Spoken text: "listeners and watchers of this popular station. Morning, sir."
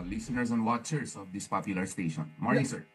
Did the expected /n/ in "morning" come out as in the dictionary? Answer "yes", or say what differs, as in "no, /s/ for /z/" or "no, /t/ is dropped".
no, /n/ is dropped